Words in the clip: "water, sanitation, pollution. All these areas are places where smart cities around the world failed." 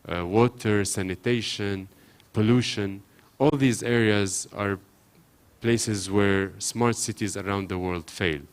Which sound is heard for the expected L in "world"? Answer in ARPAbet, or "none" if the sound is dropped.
L